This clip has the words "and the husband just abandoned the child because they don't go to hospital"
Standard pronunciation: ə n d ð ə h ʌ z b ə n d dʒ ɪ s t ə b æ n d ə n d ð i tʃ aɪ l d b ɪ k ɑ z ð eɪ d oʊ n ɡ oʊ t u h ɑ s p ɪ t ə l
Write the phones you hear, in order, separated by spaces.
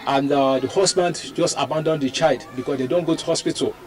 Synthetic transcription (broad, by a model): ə n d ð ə h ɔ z b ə n d dʒ ɪ s t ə b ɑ n d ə n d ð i tʃ aɪ l d b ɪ k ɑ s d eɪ d oʊ n ɡ oʊ t u h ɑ s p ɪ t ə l